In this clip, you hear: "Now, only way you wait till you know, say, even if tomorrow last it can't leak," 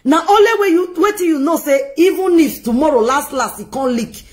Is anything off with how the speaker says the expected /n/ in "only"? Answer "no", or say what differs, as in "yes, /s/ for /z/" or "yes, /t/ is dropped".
yes, /n/ is dropped